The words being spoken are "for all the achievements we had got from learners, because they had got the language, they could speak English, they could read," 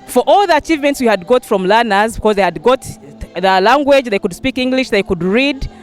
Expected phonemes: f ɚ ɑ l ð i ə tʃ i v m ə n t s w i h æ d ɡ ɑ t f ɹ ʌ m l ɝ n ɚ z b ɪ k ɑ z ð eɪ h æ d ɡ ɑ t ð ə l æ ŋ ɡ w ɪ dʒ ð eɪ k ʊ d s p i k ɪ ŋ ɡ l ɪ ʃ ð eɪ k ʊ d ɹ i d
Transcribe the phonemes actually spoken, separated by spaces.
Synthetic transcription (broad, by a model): f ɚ ɑ l ð i ə tʃ i v m ə n t s w i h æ d ɡ ɑ t f ɹ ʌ m l ɝ n ɚ z b ɪ k ɑ z ð eɪ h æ d ɡ ɑ t ð ə l æ ŋ ɡ w ɪ dʒ ð eɪ k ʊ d s p i k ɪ ŋ ɡ l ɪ ʃ ð eɪ k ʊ d ɹ i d